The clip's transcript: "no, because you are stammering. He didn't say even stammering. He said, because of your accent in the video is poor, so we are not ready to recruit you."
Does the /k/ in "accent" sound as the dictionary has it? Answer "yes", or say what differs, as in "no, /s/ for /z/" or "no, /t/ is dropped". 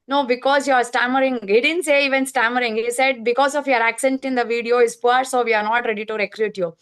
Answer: yes